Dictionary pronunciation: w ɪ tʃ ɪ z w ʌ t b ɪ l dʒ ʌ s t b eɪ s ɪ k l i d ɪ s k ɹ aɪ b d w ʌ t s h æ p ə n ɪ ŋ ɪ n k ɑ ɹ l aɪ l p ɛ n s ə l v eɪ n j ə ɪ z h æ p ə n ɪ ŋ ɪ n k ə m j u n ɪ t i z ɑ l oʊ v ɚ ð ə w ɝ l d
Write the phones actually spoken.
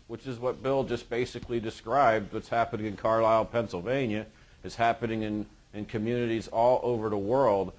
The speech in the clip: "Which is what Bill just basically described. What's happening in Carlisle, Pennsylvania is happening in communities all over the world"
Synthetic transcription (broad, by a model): w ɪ tʃ ɪ z w ʌ t b ɪ l dʒ ʌ s b eɪ s ɪ k l i d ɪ s k ɹ aɪ b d w ʌ t s h æ p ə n ɪ ŋ ɪ n k ɑ ɹ l aɪ l p ɛ n s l v eɪ n j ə ɪ z h æ p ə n ɪ ŋ ɪ n k ə m j u n ɪ t i z ɑ l oʊ v ɚ ð ə w ɝ l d